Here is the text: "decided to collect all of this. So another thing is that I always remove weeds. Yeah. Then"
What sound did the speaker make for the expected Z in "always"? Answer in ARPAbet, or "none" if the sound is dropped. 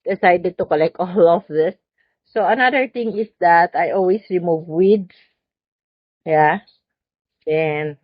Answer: S